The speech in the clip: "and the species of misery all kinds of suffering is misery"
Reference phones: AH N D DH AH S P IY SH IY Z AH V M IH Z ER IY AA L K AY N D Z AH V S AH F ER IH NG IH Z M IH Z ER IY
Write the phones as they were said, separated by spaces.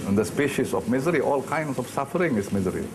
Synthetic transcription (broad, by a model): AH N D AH S P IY SH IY S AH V M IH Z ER IY AA L K AY N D S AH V S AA F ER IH NG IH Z M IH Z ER IY